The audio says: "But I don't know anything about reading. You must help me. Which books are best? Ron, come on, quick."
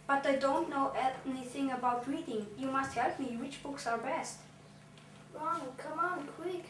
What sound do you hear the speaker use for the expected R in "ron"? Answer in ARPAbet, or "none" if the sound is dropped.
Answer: W